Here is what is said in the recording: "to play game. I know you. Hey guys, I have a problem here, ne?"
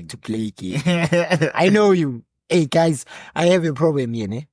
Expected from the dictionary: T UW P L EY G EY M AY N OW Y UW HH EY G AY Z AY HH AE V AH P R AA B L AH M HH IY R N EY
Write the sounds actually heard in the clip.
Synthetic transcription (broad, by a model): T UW P L EY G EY AY N OW Y UW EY G AY Z AY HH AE V AH P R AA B L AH M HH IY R N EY